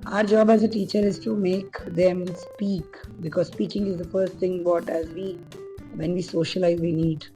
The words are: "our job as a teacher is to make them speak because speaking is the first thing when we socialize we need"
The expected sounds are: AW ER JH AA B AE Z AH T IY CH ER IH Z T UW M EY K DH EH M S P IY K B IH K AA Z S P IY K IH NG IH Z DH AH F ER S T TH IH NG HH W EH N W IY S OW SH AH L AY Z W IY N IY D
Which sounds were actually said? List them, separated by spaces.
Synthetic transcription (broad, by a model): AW ER JH AA B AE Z AH T IY CH ER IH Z T UW M EY K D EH M S P IY K B IH K AA Z S P IY K IH NG IH Z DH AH F ER S T T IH NG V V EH N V IY S OW SH AH L AY Z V IY N IY D